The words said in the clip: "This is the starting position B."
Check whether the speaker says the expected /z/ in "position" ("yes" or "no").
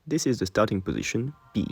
yes